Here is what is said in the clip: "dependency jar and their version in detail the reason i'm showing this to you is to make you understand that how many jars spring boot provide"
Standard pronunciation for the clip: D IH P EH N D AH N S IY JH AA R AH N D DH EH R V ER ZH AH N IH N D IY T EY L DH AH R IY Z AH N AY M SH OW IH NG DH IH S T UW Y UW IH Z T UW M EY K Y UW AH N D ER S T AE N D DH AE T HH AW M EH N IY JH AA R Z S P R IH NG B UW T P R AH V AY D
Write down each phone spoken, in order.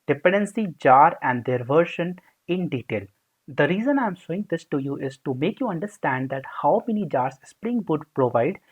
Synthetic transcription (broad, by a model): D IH P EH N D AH N S IY JH AA R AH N D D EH R V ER SH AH N IH N D IY T EY L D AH R IY Z AH N AY M S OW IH NG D IH S T UW Y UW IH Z T UW M EY K Y UW AH N D ER S T AE N D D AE T HH AW M EH N IY JH AA R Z S P R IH NG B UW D P R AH V AY D